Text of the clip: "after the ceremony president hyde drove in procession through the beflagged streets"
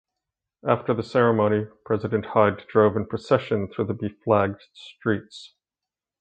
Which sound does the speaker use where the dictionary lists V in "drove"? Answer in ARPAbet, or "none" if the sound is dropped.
V